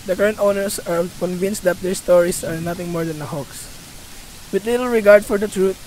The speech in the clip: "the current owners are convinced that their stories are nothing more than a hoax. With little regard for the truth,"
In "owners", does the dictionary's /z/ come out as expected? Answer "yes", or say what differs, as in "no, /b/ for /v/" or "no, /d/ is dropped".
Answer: no, /s/ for /z/